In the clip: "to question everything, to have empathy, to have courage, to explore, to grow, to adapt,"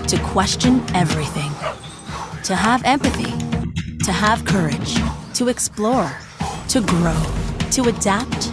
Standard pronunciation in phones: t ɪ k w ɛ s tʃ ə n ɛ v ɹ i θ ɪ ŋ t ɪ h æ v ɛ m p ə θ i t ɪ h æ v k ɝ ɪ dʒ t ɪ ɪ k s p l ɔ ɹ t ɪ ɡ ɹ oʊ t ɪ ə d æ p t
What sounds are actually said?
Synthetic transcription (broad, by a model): t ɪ k w ɛ s tʃ ə n ɛ v ɹ i θ ɪ ŋ t ɪ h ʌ v ɛ m p ə θ i t ɪ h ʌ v k ɝ ɪ dʒ t ɪ ɪ k s p l ɔ ɹ t ɪ ɡ ɹ oʊ t ɪ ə d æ p t